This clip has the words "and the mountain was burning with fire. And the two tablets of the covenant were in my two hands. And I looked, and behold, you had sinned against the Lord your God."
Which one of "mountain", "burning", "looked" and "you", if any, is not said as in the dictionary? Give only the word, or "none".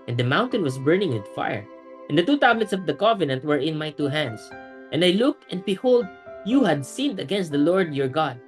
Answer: none